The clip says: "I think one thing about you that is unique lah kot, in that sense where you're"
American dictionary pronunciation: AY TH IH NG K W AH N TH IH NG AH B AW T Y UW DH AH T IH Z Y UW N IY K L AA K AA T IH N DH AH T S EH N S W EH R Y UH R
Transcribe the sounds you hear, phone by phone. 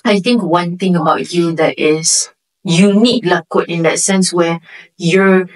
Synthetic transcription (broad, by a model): AY T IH NG K W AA N T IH NG AH B AW T Y UW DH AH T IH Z Y UW N IY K L AA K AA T IH N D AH T S EH N S W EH Y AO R